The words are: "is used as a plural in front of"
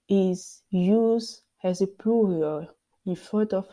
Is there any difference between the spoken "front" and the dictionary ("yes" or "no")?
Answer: yes